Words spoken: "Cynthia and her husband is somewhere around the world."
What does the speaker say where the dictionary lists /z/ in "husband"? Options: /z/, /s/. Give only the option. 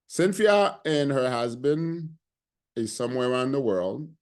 /z/